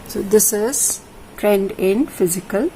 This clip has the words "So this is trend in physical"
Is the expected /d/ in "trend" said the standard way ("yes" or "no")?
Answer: yes